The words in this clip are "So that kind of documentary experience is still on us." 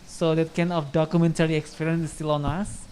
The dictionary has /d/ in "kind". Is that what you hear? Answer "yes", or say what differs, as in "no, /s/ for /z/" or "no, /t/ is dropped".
no, /d/ is dropped